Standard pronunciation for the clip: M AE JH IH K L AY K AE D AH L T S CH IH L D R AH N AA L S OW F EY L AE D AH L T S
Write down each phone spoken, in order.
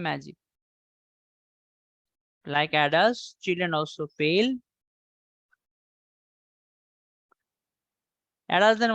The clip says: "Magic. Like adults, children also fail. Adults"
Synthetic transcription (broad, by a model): M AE JH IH K L AY K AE D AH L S CH IH L D R AH N AA L S OW P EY L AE D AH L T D